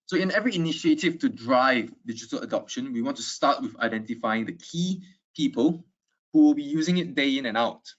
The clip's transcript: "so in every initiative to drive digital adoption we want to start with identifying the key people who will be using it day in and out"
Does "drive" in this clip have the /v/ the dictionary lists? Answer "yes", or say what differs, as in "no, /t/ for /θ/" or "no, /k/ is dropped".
yes